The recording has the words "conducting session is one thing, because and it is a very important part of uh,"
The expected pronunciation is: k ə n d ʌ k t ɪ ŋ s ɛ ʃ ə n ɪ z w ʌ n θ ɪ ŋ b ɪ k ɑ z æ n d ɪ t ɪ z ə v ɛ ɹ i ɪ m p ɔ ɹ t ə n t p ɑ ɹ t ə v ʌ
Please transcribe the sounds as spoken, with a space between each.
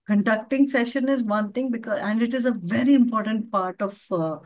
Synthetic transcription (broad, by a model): k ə n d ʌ k t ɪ ŋ s ɛ ʃ ə n ɪ z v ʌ n t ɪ ŋ b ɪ k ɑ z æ n d ɪ t ɪ z ə v ɛ ɹ i ɪ m p ɔ ɹ t ə n t p ɑ ɹ t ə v